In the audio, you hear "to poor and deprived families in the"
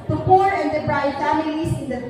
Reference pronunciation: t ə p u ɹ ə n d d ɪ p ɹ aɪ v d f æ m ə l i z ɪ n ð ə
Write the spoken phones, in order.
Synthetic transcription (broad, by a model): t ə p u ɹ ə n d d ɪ b ɹ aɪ d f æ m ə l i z ɪ n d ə